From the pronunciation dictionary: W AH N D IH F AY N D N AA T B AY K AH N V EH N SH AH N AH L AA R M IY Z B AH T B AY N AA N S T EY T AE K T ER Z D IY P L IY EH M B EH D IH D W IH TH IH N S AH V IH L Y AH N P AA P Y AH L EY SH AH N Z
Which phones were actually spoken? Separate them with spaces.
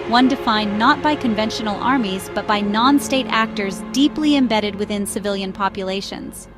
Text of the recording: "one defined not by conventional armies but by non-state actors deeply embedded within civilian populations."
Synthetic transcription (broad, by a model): W AH N D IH F AY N N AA T B AY K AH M V EH N SH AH N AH L AA R M IY Z B AH T B AY N AA N S T EY T AE K T ER Z D IY P L IY EH M B EH D IH D W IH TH IH N S AH V IH L Y AH N P AA P Y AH L EY SH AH N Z